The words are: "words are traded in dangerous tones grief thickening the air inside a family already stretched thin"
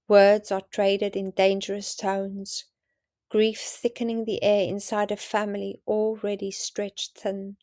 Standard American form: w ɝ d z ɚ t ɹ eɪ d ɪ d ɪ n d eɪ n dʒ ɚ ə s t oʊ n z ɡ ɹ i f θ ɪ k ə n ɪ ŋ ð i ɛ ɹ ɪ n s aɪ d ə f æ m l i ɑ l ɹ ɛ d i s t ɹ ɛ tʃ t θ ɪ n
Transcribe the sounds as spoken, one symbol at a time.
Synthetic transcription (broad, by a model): w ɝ d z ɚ t ɹ eɪ d ɪ d ɪ n d eɪ n dʒ ɚ ə s t oʊ n z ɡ ɹ i f θ ɪ k ə n ɪ ŋ ð i ɛ ɹ ɪ n s aɪ d ə f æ m l i ɑ l ɹ ɛ d i s t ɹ ɛ tʃ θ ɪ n